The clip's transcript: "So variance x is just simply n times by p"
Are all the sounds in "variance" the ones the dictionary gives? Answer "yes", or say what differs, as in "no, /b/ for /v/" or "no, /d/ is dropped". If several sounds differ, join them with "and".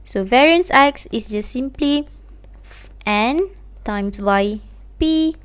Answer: yes